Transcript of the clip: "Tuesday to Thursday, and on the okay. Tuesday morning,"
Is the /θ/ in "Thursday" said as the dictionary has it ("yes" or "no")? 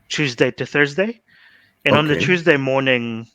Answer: yes